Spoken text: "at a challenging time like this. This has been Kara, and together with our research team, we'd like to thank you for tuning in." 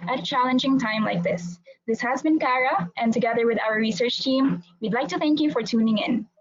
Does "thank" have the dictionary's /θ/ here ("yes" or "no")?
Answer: yes